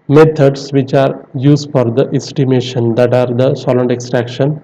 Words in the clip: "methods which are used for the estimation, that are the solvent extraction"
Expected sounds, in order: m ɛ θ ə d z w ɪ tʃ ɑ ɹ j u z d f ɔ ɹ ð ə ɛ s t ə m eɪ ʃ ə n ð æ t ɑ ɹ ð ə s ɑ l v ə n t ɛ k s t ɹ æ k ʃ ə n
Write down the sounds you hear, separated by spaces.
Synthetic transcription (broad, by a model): m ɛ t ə d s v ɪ tʃ ɑ ɹ j u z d f ɔ ɹ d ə ɛ s t ə m eɪ ʃ ə n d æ t ɑ ɹ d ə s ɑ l ə n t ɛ k s t ɹ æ k ʃ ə n